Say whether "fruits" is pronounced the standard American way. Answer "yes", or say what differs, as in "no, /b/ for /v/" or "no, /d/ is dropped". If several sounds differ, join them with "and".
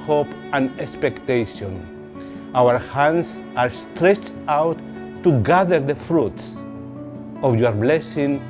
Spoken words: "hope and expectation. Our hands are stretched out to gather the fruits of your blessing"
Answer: yes